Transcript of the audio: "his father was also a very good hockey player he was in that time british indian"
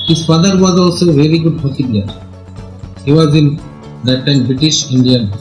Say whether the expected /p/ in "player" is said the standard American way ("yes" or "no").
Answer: no